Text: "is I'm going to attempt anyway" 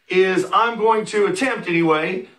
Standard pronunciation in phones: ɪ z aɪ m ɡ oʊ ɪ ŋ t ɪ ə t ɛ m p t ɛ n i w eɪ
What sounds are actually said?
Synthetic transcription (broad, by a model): ɪ z aɪ m ɡ oʊ ɪ ŋ t ɪ ə t ɛ m p t ɛ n i w eɪ